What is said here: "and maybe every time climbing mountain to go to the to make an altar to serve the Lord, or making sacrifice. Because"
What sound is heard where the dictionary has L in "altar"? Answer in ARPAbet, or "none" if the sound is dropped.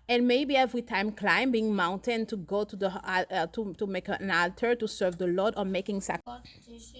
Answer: L